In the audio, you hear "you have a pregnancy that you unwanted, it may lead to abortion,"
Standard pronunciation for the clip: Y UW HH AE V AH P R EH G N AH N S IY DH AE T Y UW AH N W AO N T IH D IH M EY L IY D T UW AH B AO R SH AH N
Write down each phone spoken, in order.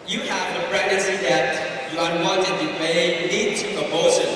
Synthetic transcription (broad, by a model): Y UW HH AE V AH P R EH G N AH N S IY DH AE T Y UW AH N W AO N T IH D IH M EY N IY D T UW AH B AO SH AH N